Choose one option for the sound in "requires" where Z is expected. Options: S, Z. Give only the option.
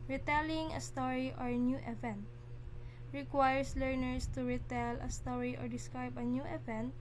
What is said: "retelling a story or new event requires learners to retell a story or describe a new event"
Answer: S